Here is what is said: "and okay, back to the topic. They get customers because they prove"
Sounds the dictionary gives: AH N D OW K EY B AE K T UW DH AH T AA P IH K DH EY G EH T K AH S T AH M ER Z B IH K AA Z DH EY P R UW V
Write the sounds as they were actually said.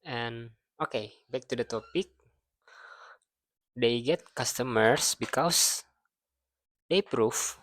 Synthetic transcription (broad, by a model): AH N OW K EY B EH K T UW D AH T AA P IH K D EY G EH T K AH S T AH M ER S B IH K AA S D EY P R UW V